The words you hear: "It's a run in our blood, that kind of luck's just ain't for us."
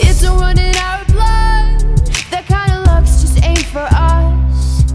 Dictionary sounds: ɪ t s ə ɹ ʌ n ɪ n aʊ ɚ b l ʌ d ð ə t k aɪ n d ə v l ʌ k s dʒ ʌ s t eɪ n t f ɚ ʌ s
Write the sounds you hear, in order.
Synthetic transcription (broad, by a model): ɪ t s ə w ʌ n ɪ n aʊ ɚ b l ʌ d ð ə t k aɪ n d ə l ʌ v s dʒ ʌ s t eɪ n f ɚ ʌ s